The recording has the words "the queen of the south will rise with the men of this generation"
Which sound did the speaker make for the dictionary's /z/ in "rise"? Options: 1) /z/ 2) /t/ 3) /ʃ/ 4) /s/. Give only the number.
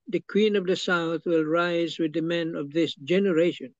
1